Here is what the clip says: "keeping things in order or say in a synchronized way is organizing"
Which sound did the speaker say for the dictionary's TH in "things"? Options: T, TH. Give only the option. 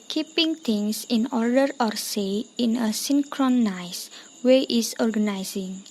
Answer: T